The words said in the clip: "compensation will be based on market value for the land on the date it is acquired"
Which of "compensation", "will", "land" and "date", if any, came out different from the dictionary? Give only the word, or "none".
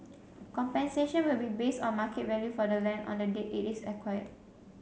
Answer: land